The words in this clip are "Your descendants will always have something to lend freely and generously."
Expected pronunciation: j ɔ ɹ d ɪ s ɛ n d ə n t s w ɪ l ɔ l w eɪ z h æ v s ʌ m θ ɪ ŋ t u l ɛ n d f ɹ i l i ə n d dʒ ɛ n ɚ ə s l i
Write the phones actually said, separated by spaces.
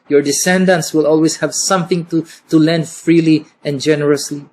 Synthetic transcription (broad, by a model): j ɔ ɹ d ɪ s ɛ n d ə n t s w ɪ l ɔ l w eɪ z h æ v s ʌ m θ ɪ ŋ t u l ɛ n d f ɹ i l i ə n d dʒ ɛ n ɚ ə s l i